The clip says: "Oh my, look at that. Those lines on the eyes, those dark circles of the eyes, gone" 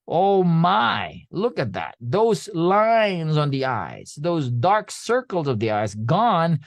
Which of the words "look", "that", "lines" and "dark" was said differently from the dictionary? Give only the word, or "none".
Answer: none